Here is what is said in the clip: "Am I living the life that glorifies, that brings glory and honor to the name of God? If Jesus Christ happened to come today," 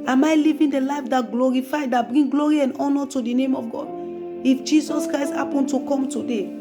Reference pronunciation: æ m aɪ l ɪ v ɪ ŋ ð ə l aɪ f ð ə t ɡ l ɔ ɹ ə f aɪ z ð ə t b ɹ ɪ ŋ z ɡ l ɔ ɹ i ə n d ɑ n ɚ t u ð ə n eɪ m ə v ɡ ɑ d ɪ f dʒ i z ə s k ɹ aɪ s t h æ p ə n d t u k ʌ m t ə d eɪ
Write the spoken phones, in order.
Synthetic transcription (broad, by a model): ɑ m aɪ l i v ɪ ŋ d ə l aɪ f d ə t ɡ l ɔ ɹ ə f aɪ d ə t b ɹ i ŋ ɡ l ɔ ɹ i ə n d ɑ n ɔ t u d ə n eɪ m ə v ɡ ɑ d ɪ f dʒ i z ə s k ɹ aɪ s t h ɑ p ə n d t u k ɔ m t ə d eɪ